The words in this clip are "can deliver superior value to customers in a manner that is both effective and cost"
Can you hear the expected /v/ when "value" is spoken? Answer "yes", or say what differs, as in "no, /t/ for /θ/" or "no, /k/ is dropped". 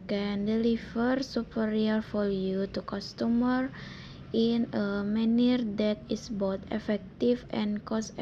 no, /f/ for /v/